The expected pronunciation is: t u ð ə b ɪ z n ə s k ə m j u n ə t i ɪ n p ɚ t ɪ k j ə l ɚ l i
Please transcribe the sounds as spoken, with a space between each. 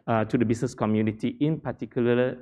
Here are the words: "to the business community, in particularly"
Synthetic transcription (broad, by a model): t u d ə b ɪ s n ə s k ə m j u n ə t i ɪ n p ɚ t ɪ k j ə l l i